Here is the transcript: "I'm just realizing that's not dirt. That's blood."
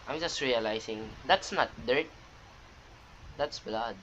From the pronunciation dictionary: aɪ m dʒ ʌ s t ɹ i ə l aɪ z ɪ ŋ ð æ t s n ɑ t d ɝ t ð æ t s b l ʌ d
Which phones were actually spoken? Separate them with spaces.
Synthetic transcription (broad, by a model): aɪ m dʒ ʌ s t ɹ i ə l aɪ s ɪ ŋ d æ t s n ɑ t d ɝ t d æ t s b l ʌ d